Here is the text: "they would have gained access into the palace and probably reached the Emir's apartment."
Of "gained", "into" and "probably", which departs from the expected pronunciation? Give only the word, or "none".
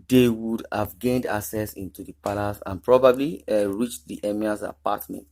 none